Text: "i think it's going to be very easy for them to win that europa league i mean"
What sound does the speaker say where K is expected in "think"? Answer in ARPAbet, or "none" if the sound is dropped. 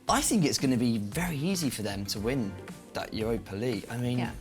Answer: K